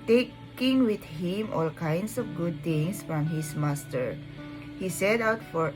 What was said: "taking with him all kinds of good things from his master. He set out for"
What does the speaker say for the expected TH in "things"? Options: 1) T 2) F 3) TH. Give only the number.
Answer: 1